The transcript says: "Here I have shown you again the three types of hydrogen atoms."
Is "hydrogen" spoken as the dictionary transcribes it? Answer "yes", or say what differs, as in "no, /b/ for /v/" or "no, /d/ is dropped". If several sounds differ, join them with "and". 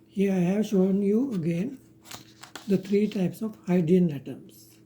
no, /dʒ/ is dropped